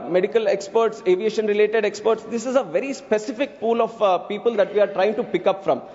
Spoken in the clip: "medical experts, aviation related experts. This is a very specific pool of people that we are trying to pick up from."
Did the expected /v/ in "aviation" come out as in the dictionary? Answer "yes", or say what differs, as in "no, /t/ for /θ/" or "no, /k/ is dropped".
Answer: yes